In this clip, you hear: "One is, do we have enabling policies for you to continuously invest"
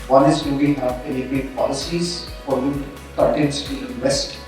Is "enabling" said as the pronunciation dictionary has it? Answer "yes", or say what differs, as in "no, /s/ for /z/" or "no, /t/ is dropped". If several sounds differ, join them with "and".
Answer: no, /l/ is dropped